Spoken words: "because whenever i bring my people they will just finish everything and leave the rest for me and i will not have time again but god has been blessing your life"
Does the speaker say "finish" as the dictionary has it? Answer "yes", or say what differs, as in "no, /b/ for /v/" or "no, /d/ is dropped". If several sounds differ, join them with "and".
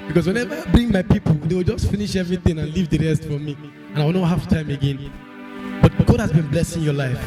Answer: yes